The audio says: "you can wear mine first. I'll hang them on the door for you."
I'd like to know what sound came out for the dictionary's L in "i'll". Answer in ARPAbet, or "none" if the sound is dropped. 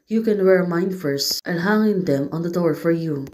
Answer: N